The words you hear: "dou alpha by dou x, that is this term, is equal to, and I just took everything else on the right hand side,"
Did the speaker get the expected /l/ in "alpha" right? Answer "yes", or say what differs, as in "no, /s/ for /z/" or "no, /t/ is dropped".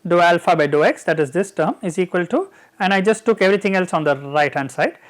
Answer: yes